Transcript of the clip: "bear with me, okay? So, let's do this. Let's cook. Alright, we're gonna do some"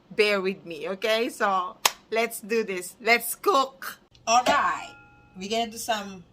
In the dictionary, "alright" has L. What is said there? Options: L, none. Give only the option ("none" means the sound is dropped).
L